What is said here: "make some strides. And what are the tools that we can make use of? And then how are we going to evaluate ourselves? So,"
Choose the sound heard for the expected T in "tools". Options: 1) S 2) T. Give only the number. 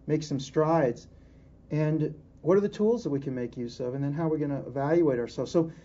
2